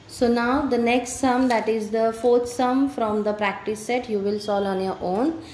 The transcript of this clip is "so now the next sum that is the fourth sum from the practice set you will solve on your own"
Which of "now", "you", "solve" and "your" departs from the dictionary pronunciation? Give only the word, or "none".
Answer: solve